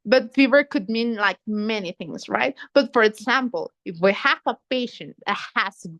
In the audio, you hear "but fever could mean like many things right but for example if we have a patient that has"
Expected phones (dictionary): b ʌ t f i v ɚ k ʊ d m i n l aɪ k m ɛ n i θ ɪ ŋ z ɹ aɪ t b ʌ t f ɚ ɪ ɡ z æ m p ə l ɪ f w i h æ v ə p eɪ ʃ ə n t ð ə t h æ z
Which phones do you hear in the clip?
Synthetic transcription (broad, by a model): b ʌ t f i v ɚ k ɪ d m i n l aɪ k m ɛ n i θ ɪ ŋ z ɹ aɪ t b ʌ t f ɚ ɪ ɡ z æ m p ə l ɪ f w i h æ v ə p eɪ ʃ ə n t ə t h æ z